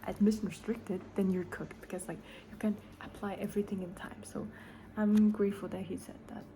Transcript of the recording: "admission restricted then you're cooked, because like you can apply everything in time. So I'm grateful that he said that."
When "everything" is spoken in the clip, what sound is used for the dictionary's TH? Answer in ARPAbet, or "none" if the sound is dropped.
TH